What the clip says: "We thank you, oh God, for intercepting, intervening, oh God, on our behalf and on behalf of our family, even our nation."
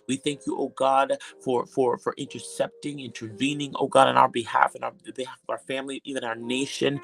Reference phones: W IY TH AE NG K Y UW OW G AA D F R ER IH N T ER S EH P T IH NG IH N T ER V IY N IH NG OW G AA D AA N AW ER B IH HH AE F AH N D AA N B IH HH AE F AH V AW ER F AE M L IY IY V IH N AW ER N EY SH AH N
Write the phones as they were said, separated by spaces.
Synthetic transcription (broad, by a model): W IY TH AE NG K Y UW OW G AA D F R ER IH N T ER S EH P T IH NG IH N T ER V IY N IH NG OW G AA D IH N AW ER B IH HH AE F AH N AA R B IH HH AE F AH V AW ER F AE M L IY IY V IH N AW ER N EY SH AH N